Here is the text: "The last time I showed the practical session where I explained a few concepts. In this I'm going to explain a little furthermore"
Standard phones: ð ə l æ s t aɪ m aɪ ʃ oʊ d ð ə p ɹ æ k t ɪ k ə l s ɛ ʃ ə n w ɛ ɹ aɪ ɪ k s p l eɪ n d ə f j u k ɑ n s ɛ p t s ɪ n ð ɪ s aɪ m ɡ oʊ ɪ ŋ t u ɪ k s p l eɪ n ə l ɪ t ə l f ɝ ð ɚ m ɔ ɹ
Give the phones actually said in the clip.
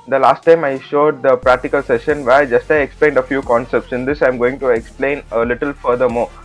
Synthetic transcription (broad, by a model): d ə l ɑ s t aɪ m aɪ ʃ oʊ d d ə p ɹ æ k t ɪ k ə l s ɛ ʃ ə n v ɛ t aɪ ɪ k s p l eɪ n d ə f j u k ɑ n s ɛ p t s ɪ n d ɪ s aɪ m ɡ oʊ ɪ ŋ t u ɪ k s p l eɪ n ə l ɪ t ə l f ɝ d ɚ m ɔ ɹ